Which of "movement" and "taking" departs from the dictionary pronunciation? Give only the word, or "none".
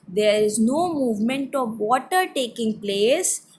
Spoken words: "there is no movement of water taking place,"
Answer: none